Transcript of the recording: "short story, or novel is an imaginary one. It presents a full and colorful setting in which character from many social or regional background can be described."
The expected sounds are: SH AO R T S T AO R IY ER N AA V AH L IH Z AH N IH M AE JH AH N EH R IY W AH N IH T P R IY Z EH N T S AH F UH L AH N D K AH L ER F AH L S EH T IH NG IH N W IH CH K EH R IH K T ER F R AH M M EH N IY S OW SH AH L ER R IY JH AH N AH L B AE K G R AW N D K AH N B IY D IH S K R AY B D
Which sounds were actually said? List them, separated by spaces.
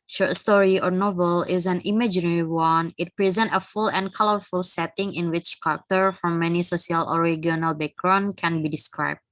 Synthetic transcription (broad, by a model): SH AO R T S T AO R IY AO N AA V AH L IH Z AH N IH M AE JH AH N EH R IY W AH N IH T P R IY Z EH N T AH F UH L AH N K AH L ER F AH L S EH T IH NG IH N W IH CH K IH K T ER F R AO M M EH N IY S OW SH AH L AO R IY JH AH N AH L B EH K R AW N K AH N B IY D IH S K R AY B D